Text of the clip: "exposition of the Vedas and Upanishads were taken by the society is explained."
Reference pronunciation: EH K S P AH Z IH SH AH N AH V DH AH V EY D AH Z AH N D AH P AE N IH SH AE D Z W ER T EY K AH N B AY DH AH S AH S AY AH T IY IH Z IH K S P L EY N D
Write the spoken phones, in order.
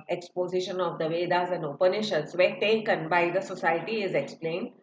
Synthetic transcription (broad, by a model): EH K S P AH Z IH SH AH N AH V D AH V EY D AH Z AH N D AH P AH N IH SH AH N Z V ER T EY K AH N B AY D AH S AH S AY AH T IY IH Z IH K S P L EY N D